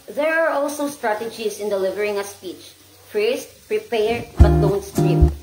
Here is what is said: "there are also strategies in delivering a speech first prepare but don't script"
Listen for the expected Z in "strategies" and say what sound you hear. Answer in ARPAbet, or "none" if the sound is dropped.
S